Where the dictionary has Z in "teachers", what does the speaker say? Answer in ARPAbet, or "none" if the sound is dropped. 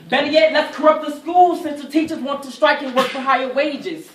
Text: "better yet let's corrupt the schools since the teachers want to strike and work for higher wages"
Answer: Z